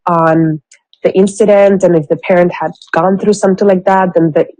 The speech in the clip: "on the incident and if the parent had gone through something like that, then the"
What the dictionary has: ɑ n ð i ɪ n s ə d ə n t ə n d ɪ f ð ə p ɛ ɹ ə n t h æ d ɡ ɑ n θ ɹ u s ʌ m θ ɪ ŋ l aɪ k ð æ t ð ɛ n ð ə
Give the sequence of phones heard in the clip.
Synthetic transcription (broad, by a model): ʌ n ð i ɪ n s ə d ə n t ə n ɪ f ð ə p ɛ ɹ ə n t h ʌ d ɡ ɑ n θ ɹ u s ʌ m θ ɪ ŋ l aɪ k ð æ t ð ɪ n ð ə